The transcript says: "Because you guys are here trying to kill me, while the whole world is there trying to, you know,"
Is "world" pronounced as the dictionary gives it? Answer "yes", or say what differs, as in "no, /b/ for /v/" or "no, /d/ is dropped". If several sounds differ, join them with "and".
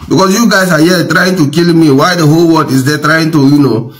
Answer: no, /l/ is dropped